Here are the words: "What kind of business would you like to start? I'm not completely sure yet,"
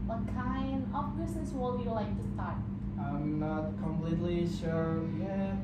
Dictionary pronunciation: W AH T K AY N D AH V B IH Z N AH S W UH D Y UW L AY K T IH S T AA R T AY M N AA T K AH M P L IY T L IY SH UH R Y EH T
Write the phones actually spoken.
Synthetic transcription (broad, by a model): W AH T K AY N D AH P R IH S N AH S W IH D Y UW L AY K T IH S T AA R T AY M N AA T K AH M P L IY T L IY SH UH R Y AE